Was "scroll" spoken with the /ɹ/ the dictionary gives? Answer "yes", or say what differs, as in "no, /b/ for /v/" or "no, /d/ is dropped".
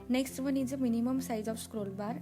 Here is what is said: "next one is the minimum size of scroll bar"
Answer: yes